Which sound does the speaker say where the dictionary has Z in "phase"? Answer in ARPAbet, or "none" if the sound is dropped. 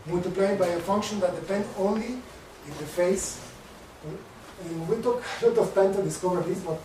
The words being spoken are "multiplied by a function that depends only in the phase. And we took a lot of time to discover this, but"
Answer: none